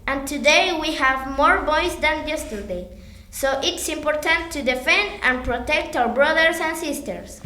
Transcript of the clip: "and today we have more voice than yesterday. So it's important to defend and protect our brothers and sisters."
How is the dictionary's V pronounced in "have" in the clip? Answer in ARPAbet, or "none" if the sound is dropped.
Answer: V